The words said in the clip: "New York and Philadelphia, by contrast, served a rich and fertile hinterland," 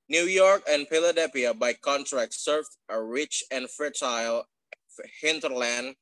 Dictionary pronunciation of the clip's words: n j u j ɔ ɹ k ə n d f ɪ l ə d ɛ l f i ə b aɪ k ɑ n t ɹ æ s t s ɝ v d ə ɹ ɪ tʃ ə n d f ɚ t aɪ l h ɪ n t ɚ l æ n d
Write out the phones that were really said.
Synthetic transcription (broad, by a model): n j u j ɔ ɹ k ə n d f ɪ l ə d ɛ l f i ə b aɪ k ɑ n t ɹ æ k s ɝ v ə ɹ ɪ tʃ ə n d f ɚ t aɪ l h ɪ n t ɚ l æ n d